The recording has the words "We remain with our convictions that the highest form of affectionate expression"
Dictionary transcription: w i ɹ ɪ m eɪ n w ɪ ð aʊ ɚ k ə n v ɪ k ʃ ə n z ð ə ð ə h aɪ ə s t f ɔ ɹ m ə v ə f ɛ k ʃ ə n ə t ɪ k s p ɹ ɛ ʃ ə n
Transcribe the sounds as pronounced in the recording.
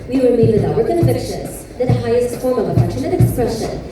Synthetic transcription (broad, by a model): w i w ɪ m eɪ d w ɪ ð aʊ ɚ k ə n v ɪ k ʃ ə n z ð ə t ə h aɪ ə s t f ɔ ɹ m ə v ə p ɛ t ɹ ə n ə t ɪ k s p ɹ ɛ ʃ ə n